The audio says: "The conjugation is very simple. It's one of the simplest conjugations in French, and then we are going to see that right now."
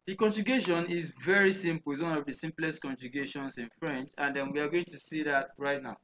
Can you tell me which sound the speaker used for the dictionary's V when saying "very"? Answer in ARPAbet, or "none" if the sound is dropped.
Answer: V